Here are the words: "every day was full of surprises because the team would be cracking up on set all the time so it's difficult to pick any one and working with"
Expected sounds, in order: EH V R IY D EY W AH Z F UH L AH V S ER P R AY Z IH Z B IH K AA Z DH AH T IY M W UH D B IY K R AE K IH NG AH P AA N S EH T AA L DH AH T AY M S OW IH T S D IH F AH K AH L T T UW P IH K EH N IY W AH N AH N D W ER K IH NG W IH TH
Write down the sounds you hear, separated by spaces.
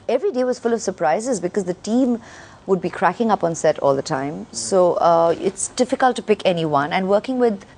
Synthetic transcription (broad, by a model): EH V R IY D EY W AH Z F UH L AH V S ER P R AY Z IH Z B IH K AA Z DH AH T IY M W UH D B IY K R AE K IH NG AH P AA N S EH T AA L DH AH T AY M S OW IH T S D IH F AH K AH L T T UW P IH K EH N IY W AH N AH N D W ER K IH NG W IH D